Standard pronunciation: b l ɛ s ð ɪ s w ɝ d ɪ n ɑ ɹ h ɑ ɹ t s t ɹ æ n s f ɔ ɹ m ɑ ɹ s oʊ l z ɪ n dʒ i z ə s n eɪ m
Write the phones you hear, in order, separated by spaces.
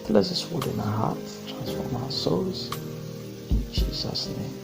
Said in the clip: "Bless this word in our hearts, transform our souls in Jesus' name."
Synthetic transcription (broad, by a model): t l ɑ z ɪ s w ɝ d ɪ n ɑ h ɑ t t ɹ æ n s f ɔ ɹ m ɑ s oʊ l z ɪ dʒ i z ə s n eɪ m